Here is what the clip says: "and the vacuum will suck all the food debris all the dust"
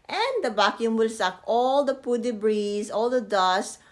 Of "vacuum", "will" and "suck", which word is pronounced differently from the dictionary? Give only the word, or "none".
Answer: vacuum